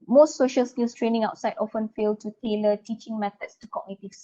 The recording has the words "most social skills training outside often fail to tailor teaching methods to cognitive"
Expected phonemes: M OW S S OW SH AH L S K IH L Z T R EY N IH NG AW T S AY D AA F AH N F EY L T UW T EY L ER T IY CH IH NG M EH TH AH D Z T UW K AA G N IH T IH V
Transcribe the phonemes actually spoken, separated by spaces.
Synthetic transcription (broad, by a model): M OW S S OW SH AH L S K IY L S T R EY N IH NG AW T S AY D AA F AH N F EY L T UW T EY L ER T IY CH IH NG M EH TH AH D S T UW K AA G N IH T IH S